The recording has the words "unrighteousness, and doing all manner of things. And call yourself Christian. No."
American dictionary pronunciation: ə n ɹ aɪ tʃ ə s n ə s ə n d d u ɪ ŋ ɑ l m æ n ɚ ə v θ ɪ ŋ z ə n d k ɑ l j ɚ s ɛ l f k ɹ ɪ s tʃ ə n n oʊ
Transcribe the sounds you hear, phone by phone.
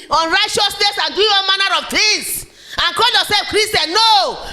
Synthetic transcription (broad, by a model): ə n ɹ aɪ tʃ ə s n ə s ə n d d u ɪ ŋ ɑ n m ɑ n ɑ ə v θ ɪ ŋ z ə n k ɑ l j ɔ s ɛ l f k ɹ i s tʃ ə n n oʊ